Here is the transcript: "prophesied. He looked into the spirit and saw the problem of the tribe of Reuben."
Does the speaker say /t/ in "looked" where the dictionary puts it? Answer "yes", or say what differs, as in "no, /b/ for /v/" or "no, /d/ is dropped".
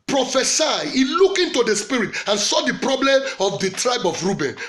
no, /t/ is dropped